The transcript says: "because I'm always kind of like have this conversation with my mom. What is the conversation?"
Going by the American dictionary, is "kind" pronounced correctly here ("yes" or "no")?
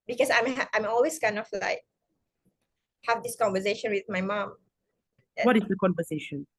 no